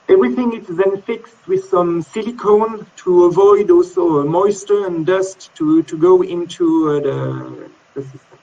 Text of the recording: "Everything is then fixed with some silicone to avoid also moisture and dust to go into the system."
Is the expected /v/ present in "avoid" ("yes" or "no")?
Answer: yes